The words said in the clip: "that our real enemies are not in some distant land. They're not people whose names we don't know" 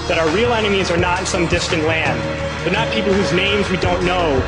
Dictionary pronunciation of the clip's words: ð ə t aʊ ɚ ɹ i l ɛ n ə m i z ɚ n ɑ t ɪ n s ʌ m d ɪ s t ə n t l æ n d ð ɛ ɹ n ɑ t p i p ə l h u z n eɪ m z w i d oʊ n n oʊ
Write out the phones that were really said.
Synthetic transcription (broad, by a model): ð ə t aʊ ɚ ɹ i l ɛ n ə m i z ɚ n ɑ t ɪ n s ʌ m d ɪ s t ə n t l æ n d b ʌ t n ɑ t p i p l h u z n eɪ m z w i d oʊ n n oʊ